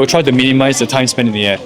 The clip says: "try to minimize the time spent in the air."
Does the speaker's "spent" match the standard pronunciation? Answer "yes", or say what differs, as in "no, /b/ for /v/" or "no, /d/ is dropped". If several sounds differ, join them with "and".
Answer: no, /t/ is dropped